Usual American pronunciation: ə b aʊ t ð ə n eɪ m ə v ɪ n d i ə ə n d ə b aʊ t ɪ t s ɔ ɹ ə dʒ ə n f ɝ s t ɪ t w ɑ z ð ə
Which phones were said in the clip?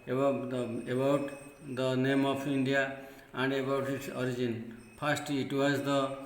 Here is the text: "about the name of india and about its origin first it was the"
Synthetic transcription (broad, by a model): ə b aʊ t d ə n eɪ m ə p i n d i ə ə n d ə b aʊ t ɪ t s ɔ ɹ ə dʒ ə n p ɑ s t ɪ t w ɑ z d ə